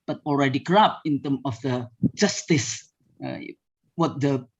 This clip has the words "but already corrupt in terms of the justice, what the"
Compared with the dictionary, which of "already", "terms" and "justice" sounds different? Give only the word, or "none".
terms